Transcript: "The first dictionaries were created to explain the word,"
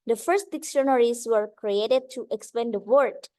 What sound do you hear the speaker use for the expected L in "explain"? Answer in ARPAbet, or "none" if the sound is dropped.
none